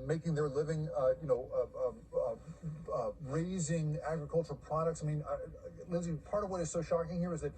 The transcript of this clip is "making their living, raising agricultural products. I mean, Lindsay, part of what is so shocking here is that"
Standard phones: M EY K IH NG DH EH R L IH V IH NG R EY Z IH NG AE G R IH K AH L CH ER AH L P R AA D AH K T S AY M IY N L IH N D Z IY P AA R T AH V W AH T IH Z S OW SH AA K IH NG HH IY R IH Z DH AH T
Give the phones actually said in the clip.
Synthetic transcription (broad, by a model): M EY K IH NG DH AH R L IH V IH NG R EY Z IH NG AE G R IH K AH L CH ER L P R AA D AH K T S AY M IY N L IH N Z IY P AA R T AH V W AH T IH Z S OW SH AA K IH NG HH IY R IH Z DH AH T